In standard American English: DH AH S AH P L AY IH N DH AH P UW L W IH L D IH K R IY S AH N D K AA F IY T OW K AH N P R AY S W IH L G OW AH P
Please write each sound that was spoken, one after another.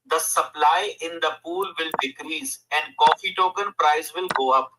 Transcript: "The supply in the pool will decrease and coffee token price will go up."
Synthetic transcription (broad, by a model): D AH S AH P L AY IH N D AH P UW L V IH L D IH K R IY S AH N D K AA F IY T OW K AH N P R AY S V IH L G OW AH P